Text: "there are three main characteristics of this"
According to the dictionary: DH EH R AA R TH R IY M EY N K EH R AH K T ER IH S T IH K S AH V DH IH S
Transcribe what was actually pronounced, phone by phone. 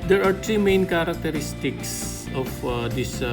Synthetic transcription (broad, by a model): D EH R AA R T R IY M EY N K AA R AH K T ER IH S T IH K S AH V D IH S